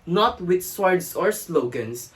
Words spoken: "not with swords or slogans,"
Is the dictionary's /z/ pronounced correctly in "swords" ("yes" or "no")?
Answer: no